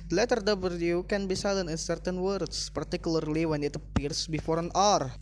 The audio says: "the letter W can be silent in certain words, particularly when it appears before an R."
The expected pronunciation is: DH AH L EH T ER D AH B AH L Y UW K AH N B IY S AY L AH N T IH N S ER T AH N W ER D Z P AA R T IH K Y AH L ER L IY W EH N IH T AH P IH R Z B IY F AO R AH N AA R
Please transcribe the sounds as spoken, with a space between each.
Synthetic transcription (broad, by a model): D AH L EH T ER D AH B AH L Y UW K AH N B IY S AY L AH N IH N S ER T AH N W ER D S P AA R T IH K Y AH L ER L IY W EH N IH T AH P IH R S B IY F AO R AH N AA R